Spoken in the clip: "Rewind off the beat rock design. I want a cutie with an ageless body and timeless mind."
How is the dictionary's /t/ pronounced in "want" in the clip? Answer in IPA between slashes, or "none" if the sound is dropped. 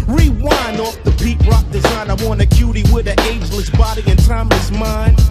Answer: none